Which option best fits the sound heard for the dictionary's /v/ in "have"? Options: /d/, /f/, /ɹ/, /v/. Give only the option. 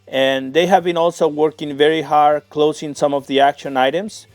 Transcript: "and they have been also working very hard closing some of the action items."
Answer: /v/